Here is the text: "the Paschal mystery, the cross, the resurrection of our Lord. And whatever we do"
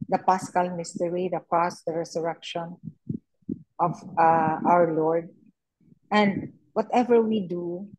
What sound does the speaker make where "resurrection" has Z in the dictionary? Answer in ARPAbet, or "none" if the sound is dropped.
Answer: S